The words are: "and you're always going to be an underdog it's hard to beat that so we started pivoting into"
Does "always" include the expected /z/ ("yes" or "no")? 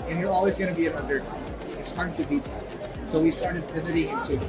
yes